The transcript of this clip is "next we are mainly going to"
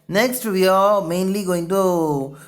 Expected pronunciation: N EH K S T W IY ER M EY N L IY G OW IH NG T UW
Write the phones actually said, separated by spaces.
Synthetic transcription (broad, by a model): N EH K S T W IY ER M EY N L IY G OW IH NG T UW